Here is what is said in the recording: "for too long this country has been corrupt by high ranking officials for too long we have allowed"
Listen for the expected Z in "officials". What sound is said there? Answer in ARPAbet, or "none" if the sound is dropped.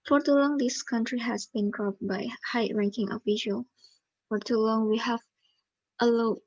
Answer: none